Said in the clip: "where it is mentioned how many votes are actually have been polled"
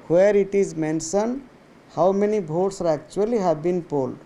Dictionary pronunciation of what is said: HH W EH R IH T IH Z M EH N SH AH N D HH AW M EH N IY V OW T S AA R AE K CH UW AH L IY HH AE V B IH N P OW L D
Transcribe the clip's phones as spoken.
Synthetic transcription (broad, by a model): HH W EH R IH T IH Z M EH N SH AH N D HH AW M EH N IY B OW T S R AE K CH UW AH L IY HH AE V B IH N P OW L D